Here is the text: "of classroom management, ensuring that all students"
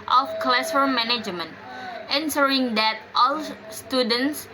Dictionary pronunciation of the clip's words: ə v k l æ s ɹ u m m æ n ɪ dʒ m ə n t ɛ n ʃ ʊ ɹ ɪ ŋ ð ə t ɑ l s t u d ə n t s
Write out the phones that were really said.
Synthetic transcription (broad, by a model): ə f k l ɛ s ʌ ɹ m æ n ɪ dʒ m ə n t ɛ n s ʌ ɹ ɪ ŋ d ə t ɑ l s t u d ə n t s